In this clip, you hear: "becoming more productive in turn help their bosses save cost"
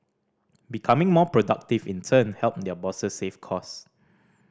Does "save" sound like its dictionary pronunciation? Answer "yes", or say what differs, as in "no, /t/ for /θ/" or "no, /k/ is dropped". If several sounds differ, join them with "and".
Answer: no, /f/ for /v/